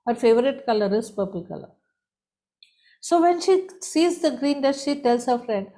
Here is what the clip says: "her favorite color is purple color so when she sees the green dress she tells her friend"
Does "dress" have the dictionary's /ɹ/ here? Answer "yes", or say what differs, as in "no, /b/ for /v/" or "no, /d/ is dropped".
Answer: no, /ɹ/ is dropped